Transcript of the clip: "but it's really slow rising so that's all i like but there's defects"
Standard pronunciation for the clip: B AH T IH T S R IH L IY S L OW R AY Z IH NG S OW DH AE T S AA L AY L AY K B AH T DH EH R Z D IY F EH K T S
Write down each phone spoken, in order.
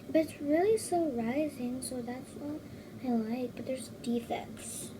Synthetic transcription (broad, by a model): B AH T IH T S R IH L IY S OW R AY Z IH NG S OW DH AE T S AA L AY L AY K B AH T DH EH R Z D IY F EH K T S